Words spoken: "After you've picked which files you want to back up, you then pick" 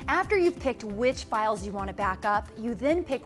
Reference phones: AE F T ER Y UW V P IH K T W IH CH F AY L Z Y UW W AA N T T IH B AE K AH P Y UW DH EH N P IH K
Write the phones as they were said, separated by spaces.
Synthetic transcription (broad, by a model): AE F T ER Y UW V P IH K T W IH CH F AY L Z Y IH W AA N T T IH B AE K AH P Y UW DH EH N P IH K